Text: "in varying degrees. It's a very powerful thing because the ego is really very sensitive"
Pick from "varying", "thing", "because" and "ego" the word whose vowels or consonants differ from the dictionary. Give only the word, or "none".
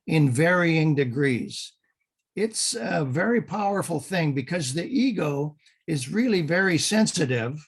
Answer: none